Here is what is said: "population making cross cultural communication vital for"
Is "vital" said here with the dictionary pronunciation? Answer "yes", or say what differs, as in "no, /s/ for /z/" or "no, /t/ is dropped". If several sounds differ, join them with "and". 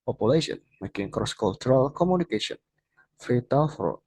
no, /f/ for /v/